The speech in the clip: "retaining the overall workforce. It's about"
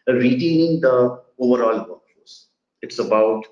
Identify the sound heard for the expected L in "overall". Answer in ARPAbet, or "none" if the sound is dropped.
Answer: L